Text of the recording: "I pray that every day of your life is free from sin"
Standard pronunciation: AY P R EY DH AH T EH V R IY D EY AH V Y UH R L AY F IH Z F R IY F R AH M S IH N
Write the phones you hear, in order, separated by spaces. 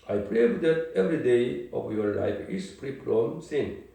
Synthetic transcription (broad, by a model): AY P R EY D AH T EH V R IY D EY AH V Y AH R L AY F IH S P R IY P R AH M S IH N